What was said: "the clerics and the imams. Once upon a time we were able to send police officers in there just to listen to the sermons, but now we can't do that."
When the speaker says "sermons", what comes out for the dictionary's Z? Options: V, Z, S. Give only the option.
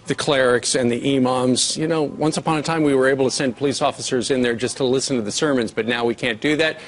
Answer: Z